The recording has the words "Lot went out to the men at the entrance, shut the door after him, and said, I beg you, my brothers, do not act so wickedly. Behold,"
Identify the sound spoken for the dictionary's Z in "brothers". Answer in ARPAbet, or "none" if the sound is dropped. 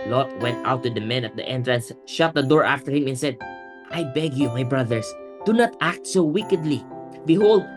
S